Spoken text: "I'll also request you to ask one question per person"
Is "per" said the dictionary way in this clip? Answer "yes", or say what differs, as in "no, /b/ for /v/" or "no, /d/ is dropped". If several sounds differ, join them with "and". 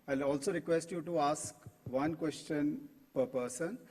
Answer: yes